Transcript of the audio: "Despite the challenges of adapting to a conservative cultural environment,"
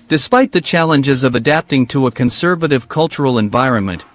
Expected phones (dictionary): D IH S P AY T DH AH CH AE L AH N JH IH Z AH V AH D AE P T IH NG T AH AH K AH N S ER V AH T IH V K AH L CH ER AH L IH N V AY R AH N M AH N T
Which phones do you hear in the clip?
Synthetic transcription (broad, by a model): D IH S P AY T DH AH CH AE L AH N JH IH Z AH V AH D AE P T IH NG T AH AH K AH N S ER V AH T IH V K AH L CH ER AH L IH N V AY R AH N M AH N T